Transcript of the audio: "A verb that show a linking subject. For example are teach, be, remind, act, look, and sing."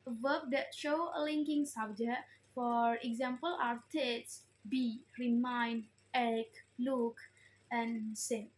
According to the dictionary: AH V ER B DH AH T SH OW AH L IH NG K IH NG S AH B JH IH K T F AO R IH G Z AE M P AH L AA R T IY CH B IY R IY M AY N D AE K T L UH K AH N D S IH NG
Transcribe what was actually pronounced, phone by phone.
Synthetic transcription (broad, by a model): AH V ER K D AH T SH OW AH L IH NG K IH NG S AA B JH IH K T F AO R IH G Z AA M P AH L AA R T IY S B IY R IY M AY N D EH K L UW K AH N S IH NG